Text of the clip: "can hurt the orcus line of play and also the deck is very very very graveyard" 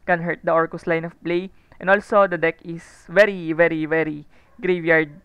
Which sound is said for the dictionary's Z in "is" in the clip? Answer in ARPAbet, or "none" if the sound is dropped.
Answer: S